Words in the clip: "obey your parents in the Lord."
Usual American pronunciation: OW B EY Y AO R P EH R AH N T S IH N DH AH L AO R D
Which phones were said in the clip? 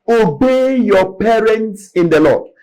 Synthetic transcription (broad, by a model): OW B EY Y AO P EH R AH N T S IH N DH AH L AO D